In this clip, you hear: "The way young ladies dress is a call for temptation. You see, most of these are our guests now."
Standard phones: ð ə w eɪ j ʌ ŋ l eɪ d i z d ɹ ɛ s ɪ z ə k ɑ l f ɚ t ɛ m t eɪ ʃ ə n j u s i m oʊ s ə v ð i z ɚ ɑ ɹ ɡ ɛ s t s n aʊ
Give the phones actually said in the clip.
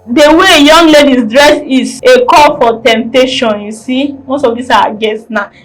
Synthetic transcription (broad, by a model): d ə w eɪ j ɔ ŋ l eɪ d i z d ɹ ɛ s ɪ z ə k ɑ l f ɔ t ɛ m t eɪ ʃ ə n j u s i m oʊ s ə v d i s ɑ ɑ ɡ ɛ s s n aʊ